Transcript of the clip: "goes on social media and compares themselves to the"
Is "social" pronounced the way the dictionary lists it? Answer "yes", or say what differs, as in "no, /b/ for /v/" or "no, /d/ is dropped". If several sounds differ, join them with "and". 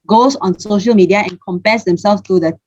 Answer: yes